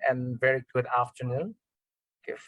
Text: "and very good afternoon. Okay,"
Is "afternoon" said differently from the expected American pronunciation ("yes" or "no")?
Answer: no